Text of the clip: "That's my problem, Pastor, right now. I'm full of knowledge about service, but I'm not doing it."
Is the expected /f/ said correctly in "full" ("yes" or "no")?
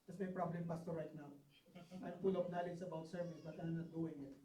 no